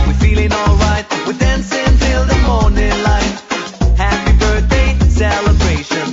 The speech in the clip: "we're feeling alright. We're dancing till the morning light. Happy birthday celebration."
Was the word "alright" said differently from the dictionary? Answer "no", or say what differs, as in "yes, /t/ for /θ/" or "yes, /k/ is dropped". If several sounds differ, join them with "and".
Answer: no